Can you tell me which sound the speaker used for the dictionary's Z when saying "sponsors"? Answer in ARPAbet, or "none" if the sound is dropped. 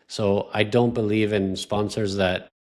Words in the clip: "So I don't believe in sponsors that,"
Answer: Z